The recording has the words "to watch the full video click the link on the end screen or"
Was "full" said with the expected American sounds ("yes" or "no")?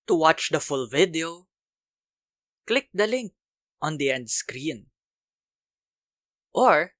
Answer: yes